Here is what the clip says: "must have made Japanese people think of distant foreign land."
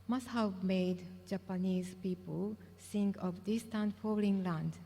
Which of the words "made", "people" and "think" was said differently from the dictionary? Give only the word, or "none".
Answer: think